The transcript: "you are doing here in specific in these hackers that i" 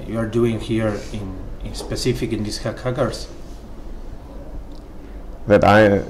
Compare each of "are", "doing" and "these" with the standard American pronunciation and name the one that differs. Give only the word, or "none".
these